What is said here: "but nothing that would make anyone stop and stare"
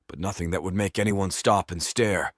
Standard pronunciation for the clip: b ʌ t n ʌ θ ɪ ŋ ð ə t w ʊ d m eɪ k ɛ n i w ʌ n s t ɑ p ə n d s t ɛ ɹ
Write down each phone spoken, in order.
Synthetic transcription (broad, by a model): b ʌ t n ʌ θ ɪ ŋ ð ə t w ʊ d m eɪ k ɛ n i w ʌ n s t ɑ p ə n s t ɛ ɹ